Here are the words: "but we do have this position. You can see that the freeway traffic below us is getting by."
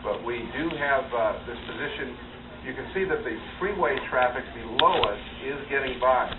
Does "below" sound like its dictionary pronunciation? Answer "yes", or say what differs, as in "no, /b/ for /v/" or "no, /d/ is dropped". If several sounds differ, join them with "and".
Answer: yes